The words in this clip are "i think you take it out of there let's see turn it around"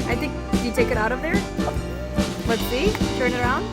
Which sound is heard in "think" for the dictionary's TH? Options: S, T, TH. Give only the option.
T